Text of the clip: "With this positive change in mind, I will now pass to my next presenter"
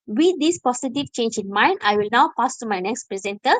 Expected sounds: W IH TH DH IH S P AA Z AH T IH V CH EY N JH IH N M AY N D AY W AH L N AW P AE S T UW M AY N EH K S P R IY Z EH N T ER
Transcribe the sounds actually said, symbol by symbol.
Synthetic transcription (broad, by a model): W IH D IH S P AA S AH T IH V CH EY N JH IH N M AY N D AY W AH L N AW P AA S T UW M AY N EH K S P R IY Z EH N T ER